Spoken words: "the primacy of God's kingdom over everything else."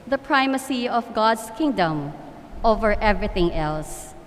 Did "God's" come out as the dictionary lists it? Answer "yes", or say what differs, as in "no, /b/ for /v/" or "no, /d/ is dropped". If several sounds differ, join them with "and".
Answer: no, /s/ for /z/